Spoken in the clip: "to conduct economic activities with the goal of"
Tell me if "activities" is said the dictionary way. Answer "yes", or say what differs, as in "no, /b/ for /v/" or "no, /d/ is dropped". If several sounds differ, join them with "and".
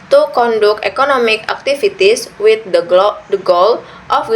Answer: no, /s/ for /z/